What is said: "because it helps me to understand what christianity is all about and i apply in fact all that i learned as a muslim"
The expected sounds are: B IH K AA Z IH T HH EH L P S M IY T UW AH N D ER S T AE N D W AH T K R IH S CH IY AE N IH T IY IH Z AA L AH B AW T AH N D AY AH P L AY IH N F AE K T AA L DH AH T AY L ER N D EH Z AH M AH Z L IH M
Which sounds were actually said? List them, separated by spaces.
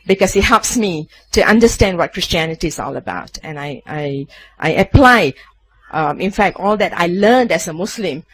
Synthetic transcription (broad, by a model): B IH K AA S IH T HH EH L P S M IY T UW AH N D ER S T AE N D W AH T K R IH S CH IY AE N IH T IY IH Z AA L AH B AW T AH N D AY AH P L AY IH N F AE K T AA L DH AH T AY L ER N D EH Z AH M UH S L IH M